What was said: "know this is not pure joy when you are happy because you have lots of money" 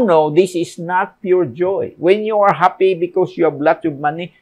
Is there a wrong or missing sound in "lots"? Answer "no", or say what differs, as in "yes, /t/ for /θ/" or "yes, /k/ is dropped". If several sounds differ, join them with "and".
yes, /s/ is dropped